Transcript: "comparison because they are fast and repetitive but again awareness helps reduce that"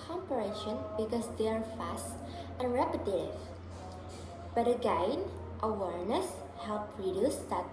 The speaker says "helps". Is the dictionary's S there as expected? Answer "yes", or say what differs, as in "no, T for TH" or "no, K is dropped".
no, S is dropped